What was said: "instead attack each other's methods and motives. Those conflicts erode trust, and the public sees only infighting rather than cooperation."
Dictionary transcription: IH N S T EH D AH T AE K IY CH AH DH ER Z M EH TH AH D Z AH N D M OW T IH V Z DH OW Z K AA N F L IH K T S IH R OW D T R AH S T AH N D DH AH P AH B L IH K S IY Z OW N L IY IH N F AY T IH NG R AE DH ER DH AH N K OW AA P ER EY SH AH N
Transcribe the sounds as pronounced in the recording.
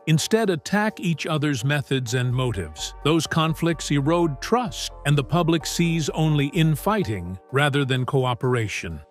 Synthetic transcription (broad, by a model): IH N S T EH D AH T AE K IY CH AH DH ER Z M EH TH AH D Z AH N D M OW T IH V Z DH OW Z K AA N F L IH K T S IH R OW D T R AH S T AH N DH AH P AH B L IH K S IY Z OW N L IY IH N F AY T IH NG R AE DH ER DH AH N K OW AA P ER EY SH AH N